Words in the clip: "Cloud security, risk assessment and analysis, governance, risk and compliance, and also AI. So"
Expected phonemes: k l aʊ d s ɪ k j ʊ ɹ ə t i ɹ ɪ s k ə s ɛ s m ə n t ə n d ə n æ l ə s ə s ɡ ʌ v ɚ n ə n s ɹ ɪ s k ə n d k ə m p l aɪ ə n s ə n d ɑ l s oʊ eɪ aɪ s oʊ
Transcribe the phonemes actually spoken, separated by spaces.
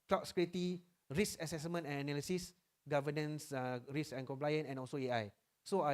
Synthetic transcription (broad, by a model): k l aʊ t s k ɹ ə t i ɹ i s ə s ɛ s m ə n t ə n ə n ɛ l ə s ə s ɡ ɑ v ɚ n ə n s ɹ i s ə n k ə m p l aɪ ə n ə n ɑ l s oʊ eɪ aɪ s oʊ